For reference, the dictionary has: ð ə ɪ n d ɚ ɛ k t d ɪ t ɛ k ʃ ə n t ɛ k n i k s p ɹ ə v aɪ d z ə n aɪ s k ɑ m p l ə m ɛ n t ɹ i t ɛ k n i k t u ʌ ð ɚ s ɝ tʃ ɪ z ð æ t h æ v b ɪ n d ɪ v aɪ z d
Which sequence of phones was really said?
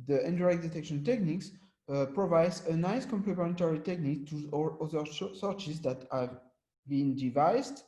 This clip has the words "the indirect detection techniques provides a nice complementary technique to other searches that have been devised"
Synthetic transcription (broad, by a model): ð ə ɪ n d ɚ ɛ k d ɪ t ɛ k ʃ ə n t ɛ k n i k s p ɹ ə v aɪ d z ə n aɪ s k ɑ m p l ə m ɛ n t ɹ i t ɛ k n i k t u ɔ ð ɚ s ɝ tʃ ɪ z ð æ t h æ v b ɪ n d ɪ v aɪ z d